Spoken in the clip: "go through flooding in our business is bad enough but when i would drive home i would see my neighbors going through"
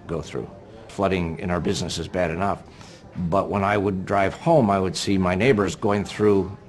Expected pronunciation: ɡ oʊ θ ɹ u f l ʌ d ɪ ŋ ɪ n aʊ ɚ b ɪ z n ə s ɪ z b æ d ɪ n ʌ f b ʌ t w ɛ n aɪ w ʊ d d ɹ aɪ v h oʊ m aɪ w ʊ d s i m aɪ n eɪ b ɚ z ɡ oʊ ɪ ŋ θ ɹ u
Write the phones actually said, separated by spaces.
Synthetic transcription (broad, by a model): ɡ oʊ θ ɹ u f l ʌ d ɪ ŋ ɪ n aʊ ɚ b ɪ z n ə s ɪ z b æ d ɪ n ʌ f b ʌ t w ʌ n aɪ w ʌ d d ɹ aɪ v h oʊ m aɪ w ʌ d s i m aɪ n eɪ b ɚ z ɡ oʊ ɪ ŋ θ ɹ u